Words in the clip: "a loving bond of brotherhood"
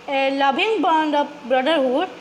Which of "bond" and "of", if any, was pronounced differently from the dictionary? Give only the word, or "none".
of